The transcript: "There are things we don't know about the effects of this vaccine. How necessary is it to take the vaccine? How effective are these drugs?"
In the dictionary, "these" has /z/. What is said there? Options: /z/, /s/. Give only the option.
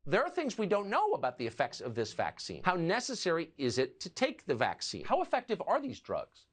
/z/